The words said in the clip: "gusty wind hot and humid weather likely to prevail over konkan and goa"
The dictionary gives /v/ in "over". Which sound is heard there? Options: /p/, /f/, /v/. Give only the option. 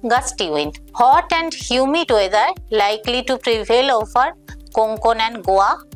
/f/